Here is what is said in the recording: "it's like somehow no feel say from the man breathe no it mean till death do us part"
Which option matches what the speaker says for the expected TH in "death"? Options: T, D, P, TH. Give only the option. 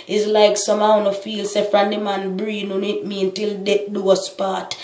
T